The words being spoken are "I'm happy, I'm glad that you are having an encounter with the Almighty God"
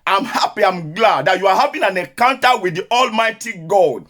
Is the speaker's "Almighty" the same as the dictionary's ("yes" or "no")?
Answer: yes